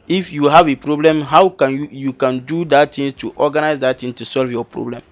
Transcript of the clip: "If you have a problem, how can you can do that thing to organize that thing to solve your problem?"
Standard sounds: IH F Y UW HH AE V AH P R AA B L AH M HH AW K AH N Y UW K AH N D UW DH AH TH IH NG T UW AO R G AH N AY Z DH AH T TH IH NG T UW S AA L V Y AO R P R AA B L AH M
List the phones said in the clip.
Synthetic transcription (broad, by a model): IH F Y UW HH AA V AH P R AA B L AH M HH AW K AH N Y UW K AH N D UW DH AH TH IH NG T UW AO G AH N AY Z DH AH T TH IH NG T UW S AA L V Y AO P R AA B L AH M